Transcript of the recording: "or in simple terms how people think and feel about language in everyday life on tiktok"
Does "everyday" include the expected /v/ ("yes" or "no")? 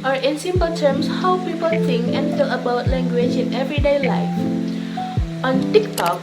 yes